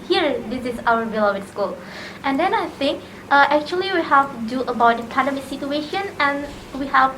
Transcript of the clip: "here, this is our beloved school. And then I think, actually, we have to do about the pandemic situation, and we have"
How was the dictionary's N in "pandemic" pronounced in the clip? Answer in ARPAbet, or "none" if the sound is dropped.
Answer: none